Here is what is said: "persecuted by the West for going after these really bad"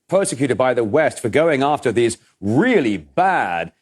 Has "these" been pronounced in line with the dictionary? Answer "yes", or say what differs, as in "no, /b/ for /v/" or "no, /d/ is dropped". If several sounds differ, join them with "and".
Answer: yes